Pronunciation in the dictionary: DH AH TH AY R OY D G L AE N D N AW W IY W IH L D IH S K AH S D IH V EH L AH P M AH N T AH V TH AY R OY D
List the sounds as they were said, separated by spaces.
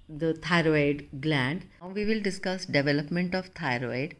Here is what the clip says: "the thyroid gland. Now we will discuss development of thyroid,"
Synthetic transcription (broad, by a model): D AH T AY R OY D G L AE N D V IY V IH L D IH S K AH S D IH V EH L AH P M AH N T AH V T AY R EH D